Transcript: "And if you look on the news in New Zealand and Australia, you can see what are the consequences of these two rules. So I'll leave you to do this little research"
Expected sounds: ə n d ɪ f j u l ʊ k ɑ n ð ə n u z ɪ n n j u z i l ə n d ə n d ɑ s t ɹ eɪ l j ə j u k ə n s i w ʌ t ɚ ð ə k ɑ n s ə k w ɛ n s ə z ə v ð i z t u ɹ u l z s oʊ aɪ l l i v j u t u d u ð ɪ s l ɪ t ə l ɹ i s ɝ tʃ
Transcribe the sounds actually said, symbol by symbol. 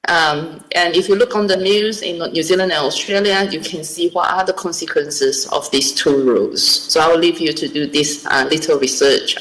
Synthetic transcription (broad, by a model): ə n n ɪ f j u l ʊ k ɑ n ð ə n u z ɪ n n j u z i l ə n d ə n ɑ s t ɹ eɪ l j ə j u k ə n s i w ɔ t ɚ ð ə k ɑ n s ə k w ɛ n s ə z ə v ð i s t u ɹ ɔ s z s oʊ aɪ w l i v j u t u d u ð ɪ s l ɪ t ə l ɹ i s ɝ tʃ